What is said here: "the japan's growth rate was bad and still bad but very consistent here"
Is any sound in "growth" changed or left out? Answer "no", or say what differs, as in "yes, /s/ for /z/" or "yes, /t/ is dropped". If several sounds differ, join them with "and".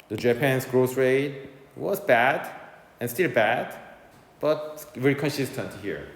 yes, /s/ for /θ/